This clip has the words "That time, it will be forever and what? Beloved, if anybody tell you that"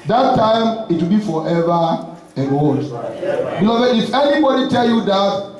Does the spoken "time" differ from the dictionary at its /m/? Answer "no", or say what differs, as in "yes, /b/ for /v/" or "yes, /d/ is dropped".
no